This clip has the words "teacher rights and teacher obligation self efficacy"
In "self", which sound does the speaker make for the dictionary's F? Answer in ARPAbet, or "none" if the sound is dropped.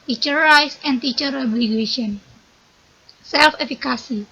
F